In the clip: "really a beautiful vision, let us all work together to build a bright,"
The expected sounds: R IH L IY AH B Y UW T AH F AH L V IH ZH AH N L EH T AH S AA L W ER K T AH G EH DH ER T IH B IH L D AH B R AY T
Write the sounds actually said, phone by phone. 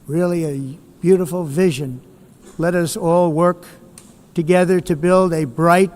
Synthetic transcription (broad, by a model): R IH L IY AH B Y UW T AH F L V IH ZH AH N L EH T AH S AA L W ER K T AH G EH DH ER T IH B IH L D AH B R AY T